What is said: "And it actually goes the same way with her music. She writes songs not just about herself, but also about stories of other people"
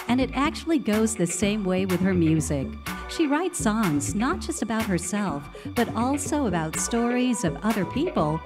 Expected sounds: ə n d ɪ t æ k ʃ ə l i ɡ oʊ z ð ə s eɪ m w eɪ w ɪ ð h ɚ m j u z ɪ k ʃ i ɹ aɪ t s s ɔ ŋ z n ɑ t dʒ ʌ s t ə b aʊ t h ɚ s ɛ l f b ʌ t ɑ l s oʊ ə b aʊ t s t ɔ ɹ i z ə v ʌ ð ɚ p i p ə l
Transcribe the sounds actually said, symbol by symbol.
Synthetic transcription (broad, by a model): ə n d ɪ t æ k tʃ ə l i ɡ oʊ z ð ə s eɪ m w eɪ w ɪ ð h ɚ m j u z ɪ k ʃ i ɹ aɪ t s s ɔ ŋ z n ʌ t dʒ ʌ s t ə b aʊ t h ɚ s ɛ l f b ʌ t ɑ l s oʊ ə b aʊ t s t ɔ ɹ i z ə v ʌ ð ɚ p i p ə l